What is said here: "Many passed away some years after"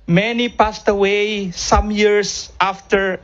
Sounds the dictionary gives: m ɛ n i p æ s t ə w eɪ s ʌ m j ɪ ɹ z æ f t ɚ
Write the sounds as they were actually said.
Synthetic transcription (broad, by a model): m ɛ n i p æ s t ə w eɪ s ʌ m j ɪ ɹ s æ f t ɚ